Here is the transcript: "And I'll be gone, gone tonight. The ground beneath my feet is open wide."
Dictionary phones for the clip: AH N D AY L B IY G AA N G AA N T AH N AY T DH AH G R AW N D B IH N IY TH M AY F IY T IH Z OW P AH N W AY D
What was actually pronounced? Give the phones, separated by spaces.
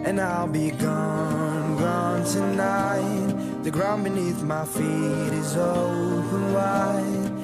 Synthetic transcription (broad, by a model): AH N AY L B IY G AA N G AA N T AH N AY T DH AH G R AW N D B IH N IY TH M AY F IY T IH Z OW P AH N W AY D